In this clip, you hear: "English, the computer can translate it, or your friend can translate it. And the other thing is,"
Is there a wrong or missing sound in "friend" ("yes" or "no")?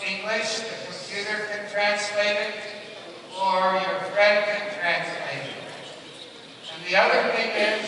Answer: yes